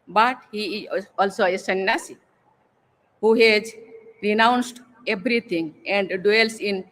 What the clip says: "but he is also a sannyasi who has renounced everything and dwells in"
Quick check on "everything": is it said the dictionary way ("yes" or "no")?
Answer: no